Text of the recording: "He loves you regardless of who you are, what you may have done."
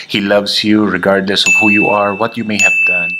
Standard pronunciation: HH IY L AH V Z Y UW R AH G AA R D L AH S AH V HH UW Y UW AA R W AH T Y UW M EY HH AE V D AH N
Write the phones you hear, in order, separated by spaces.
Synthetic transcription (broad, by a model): HH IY L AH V S Y UW R AH G AA R D L AH S AH V HH UW Y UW AA R W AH T Y UW M EY HH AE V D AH N